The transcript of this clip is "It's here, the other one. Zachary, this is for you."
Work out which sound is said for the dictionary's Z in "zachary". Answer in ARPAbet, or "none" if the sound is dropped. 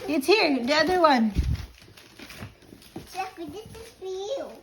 S